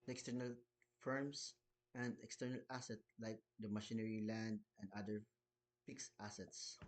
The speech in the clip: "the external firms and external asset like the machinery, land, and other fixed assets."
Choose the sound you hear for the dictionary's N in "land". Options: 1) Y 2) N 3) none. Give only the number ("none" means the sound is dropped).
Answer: 2